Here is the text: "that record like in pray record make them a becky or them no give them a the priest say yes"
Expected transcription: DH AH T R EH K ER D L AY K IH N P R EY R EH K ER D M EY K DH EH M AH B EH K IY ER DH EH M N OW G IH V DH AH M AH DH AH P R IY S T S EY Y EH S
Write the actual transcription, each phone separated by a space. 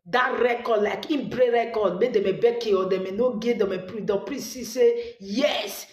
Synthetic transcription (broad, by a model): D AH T R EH K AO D L AY K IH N B R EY R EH K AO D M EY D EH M AH B EH K IY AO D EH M N OW G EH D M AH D AH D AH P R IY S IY S EY Y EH S